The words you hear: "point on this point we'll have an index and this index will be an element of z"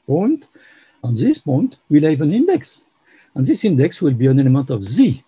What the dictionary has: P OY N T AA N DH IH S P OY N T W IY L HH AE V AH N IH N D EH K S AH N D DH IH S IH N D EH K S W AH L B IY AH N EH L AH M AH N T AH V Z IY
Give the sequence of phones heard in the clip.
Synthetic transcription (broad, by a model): P OY N T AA N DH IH S P OY N T W IY L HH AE V AH N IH N D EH K S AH N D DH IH S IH N D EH K S W AH L B IY AH N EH N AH M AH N T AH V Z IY